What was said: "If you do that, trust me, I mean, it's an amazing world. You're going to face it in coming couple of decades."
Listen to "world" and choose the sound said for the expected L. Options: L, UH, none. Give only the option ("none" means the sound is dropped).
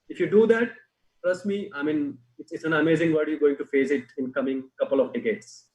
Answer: none